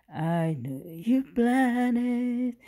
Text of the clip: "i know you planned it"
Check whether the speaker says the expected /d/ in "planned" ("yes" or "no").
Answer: no